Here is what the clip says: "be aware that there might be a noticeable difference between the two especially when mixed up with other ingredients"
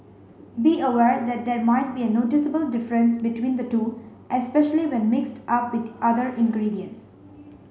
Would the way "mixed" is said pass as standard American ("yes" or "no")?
yes